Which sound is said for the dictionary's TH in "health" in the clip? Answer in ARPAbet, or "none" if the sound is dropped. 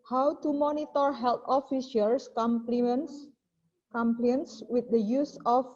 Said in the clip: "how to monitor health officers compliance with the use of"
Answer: T